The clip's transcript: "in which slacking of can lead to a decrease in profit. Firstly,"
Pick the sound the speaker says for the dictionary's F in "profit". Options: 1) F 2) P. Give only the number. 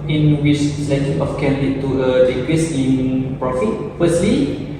1